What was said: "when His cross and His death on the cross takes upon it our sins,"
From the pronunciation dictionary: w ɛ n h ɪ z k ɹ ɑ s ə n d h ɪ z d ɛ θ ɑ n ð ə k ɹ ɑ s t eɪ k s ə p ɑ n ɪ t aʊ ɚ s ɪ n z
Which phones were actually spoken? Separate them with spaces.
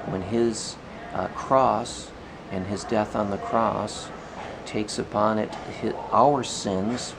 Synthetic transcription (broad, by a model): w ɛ n ɪ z k ɹ ɑ s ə n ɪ z d ɛ θ n ð ə k ɹ ɑ s t eɪ k s ə p ɑ n ɪ t aʊ ɚ s ɪ n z